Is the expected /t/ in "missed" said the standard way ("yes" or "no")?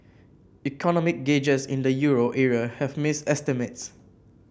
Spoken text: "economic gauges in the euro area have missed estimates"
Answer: no